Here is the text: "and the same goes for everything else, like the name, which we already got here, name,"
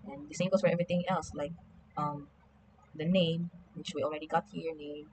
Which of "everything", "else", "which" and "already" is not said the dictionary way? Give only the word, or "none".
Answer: everything